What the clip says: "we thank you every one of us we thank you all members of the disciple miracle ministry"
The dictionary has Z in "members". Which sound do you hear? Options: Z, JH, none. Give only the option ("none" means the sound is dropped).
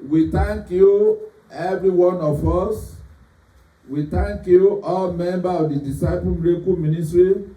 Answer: none